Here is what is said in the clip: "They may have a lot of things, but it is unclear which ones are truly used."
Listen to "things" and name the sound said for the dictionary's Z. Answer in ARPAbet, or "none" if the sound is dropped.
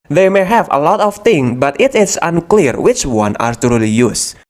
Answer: none